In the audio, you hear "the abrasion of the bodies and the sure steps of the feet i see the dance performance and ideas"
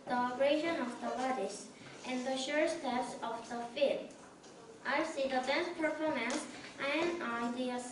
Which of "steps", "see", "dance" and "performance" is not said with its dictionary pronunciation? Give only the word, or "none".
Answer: dance